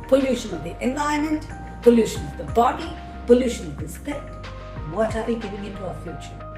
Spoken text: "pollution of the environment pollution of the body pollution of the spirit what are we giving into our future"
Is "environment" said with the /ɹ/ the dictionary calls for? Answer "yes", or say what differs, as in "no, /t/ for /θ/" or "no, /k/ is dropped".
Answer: no, /ɹ/ is dropped